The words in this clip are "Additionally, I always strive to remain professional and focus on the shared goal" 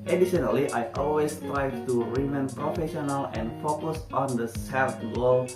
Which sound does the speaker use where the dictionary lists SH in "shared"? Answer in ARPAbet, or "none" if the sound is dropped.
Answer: S